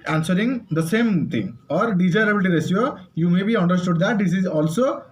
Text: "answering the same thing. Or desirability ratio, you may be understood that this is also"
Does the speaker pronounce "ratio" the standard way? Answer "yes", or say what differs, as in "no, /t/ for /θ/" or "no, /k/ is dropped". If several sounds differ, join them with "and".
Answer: no, /s/ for /ʃ/